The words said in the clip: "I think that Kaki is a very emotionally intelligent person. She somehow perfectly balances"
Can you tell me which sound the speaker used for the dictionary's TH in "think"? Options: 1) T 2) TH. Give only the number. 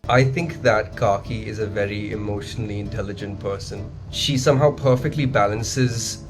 2